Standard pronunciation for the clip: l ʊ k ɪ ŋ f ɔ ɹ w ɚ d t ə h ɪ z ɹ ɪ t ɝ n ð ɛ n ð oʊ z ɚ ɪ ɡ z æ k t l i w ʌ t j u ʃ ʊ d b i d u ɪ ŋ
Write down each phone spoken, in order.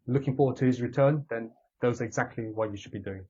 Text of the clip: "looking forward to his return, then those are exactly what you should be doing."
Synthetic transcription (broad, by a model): l ʊ k ɪ ŋ f ɔ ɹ w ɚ d t ə h ɪ z ɹ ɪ t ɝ n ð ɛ n ð oʊ z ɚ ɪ ɡ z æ k t l i w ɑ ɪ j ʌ ʃ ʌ d b i d u ɪ ŋ